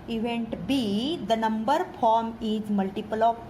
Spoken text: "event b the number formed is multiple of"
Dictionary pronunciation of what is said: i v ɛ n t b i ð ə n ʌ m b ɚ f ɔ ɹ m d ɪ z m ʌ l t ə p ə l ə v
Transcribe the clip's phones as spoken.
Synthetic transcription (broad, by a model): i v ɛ n t b i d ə n ʌ m b ɚ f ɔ ɹ m ɪ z m ʌ l t ə p ə l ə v